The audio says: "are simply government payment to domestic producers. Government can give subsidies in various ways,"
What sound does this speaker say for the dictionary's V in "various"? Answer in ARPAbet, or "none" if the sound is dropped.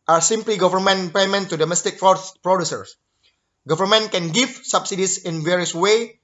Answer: V